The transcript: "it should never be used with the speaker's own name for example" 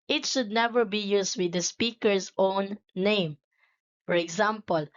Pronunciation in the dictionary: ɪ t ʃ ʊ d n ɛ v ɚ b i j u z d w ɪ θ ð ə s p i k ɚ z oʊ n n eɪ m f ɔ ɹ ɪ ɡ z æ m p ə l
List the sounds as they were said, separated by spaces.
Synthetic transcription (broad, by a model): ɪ t ʃ ʊ d n ɛ v ɚ b i j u s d w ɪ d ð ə s p i k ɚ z oʊ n n eɪ m f ɔ ɹ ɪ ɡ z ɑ m p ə l